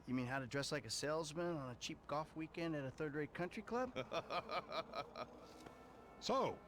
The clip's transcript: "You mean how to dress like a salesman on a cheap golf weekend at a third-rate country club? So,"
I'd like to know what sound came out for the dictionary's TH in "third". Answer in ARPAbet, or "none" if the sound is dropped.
TH